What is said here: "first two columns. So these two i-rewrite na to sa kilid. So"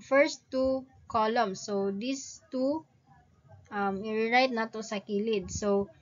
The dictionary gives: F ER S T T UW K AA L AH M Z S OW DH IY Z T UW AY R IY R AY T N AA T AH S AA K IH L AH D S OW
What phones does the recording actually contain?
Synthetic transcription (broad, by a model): F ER S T T UW K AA L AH M S OW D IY S T UW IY R IY R AY T N AA T AH S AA K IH L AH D S OW